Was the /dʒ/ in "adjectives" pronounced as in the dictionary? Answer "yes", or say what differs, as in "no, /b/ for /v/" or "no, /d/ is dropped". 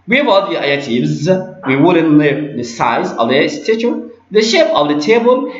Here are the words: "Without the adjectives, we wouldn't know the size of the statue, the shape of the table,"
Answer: no, /dʒ/ is dropped